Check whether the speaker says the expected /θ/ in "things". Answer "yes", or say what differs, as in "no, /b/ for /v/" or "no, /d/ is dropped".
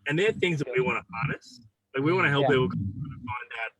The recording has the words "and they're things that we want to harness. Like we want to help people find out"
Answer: yes